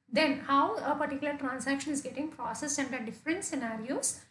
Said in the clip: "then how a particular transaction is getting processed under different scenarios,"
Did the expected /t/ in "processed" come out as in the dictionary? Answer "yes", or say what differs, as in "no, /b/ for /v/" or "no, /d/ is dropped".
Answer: no, /t/ is dropped